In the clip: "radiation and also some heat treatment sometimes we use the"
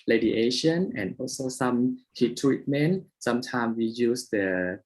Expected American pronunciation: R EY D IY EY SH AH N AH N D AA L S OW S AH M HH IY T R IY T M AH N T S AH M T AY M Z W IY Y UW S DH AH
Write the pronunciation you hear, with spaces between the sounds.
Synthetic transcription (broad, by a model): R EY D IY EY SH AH N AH N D AA L S OW S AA M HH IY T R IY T M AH N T S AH M T AY M W IY Y UW S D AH